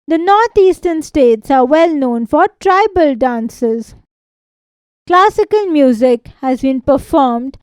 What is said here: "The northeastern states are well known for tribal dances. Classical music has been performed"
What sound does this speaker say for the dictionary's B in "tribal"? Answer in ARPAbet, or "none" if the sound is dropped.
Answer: B